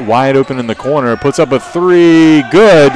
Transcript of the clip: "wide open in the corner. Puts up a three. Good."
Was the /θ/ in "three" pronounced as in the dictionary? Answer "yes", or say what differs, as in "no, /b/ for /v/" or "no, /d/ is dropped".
yes